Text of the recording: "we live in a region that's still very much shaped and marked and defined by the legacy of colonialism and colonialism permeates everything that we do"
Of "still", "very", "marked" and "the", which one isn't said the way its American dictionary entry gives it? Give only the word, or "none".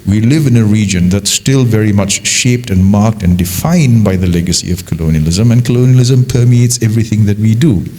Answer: none